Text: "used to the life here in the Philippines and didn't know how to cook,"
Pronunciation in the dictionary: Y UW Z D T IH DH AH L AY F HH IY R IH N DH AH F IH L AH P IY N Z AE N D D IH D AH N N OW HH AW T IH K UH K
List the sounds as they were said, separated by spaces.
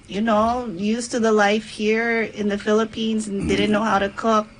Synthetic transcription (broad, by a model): Y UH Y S T IH DH AH L AY F HH IY R IH N DH AH F IH L AH P IY N Z N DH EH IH D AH N N OW HH AW T IH K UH K